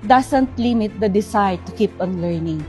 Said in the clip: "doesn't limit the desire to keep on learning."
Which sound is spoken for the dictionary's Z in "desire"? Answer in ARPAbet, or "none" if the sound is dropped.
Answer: S